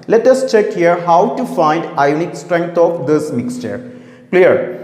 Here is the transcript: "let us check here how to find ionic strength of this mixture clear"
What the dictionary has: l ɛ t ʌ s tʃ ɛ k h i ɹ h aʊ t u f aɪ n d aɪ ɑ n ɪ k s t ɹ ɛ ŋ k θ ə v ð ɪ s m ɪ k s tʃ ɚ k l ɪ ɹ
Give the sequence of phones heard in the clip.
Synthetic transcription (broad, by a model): l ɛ t ʌ s tʃ ɛ k h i ɹ h aʊ t u f aɪ n d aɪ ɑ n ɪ k s t ɹ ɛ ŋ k t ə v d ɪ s m ɪ k s tʃ ɚ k l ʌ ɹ